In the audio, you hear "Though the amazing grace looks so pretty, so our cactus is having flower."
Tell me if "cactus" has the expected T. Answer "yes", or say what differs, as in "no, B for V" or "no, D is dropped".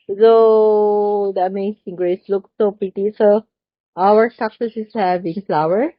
no, S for T